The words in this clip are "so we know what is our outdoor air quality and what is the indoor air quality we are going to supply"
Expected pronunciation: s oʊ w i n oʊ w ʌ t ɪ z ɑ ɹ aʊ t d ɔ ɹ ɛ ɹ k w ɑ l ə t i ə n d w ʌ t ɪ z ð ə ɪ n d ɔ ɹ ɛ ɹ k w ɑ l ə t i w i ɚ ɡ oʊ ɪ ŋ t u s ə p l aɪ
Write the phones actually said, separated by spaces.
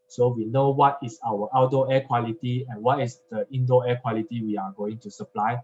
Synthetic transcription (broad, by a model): s oʊ w i n oʊ w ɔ t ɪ s ɑ w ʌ t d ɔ ɛ k w ɑ l ə t i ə n w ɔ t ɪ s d ə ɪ n d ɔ ɛ k w ɑ l ə t i w i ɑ ɡ oʊ ɪ ŋ t u s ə p l aɪ